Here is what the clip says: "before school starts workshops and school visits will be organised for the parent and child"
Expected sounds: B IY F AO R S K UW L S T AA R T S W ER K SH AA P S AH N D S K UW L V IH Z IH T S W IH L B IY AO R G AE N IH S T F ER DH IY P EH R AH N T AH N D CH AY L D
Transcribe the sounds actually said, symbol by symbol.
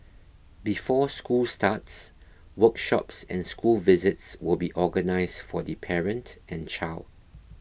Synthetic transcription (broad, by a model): B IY F AO S K UW L S T AA T S W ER K SH AA P S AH N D S K UW L V IH Z IH T S W IH L B IY AO G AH N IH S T F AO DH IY P EH R AH N T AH N CH AY L D